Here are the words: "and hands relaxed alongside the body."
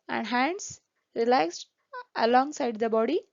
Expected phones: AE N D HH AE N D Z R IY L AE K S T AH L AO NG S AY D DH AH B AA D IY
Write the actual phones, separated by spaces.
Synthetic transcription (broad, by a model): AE N D HH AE N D S R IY L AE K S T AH L AO NG S AY D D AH B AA D IY